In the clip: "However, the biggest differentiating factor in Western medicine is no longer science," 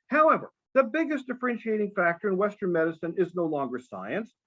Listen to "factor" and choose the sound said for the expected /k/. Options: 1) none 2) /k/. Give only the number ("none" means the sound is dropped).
2